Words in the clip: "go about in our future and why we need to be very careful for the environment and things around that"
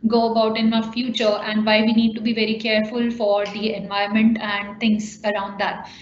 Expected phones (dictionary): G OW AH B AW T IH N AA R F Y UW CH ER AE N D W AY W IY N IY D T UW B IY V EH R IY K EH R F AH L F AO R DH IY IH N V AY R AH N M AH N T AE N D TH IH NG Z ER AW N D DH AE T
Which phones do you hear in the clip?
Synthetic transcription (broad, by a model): G OW AH B AW T IH N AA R F Y UW CH ER AE N D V AY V IY N IY D T UW B IY V EH R IY K EH R F AH L F AO R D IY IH N V AY AH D M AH N T AE N D T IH NG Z ER AW N D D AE T